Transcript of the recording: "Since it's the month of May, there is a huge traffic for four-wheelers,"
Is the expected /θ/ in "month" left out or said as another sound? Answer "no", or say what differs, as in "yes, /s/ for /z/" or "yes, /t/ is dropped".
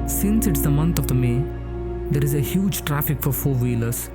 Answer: yes, /t/ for /θ/